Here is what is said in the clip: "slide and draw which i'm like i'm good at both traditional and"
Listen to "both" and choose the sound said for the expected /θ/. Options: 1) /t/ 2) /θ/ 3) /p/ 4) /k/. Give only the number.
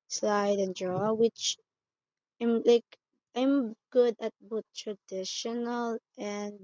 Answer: 1